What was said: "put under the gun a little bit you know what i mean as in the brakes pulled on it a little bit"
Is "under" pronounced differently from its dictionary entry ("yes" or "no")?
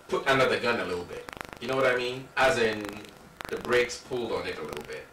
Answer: no